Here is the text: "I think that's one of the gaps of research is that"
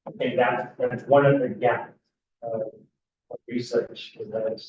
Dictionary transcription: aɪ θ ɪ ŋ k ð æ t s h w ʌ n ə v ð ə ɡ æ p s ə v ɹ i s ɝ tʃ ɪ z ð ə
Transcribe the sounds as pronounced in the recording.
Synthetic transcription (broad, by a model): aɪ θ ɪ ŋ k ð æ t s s w ʌ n ə v ð ə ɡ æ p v ə v ɹ i s ɝ tʃ ɪ z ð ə